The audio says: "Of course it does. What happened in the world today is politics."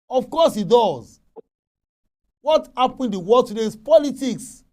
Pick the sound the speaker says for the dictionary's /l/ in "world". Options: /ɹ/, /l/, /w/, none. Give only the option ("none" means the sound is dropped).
none